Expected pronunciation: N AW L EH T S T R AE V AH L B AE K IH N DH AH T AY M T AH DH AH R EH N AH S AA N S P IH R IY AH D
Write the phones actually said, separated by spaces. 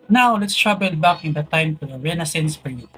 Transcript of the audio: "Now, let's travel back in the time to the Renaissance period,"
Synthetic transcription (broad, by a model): N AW L EH T S T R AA B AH L B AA K IH N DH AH T AY M T AH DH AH R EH N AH S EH N S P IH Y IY